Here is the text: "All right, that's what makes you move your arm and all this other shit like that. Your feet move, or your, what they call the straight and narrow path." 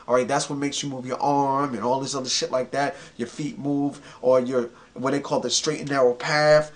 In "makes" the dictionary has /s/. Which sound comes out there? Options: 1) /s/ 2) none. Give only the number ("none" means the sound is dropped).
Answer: 1